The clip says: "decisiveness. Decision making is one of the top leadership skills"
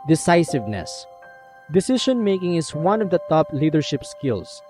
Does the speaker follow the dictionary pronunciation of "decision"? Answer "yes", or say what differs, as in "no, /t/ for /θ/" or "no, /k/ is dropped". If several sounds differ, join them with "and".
no, /ʃ/ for /ʒ/